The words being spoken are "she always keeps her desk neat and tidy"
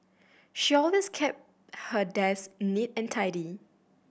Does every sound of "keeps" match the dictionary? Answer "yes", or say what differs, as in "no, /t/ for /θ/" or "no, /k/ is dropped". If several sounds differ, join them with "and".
no, /s/ is dropped